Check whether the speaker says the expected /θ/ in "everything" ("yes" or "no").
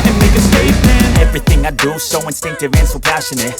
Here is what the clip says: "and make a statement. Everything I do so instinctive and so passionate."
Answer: yes